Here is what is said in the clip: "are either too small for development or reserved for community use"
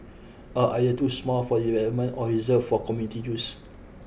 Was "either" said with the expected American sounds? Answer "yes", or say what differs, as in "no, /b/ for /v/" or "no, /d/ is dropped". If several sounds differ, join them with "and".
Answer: no, /ð/ is dropped